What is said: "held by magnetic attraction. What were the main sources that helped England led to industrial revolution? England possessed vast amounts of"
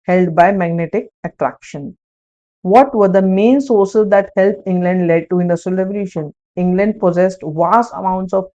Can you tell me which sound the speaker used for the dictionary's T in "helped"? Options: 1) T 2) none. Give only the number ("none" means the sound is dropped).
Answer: 2